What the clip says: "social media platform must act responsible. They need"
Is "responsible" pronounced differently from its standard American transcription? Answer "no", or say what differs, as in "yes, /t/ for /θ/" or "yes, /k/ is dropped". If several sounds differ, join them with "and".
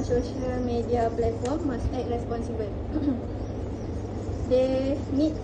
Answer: no